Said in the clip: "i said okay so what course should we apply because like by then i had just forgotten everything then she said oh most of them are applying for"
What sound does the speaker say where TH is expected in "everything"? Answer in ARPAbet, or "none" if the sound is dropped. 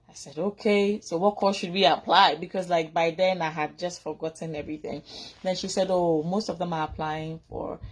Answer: TH